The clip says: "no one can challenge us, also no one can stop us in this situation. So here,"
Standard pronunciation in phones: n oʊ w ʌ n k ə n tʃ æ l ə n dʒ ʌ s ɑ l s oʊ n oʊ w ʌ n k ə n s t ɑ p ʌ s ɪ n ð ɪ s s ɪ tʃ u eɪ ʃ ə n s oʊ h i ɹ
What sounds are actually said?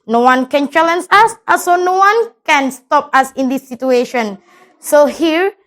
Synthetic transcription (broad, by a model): n oʊ w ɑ n k ə n tʃ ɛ l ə n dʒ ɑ s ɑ s oʊ n oʊ w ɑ n k ə n s t ɑ p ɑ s ɪ n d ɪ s s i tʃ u eɪ ʃ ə n s oʊ h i ɹ